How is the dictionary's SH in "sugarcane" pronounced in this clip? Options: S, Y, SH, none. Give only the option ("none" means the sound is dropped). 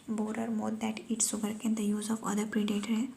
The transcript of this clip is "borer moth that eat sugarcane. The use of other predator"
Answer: S